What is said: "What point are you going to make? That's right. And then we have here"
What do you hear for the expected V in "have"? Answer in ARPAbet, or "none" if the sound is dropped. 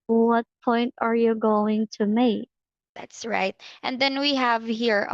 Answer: V